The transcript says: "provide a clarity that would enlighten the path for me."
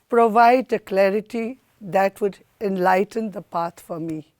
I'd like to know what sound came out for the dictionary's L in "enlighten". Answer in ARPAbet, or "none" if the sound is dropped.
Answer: L